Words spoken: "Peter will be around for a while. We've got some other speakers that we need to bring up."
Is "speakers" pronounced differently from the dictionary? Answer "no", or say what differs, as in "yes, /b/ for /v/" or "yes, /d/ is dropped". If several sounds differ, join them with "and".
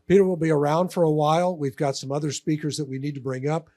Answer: no